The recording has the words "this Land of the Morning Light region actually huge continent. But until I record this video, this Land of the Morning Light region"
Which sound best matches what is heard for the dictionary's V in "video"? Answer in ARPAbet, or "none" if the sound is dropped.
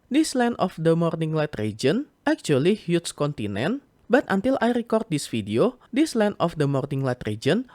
F